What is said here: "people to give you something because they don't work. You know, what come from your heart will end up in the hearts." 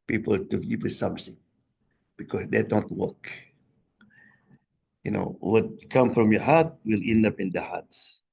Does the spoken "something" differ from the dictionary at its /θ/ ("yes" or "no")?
yes